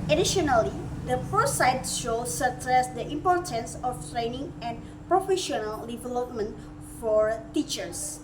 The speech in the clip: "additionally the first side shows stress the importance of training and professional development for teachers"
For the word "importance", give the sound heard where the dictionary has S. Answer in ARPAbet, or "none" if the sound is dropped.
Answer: S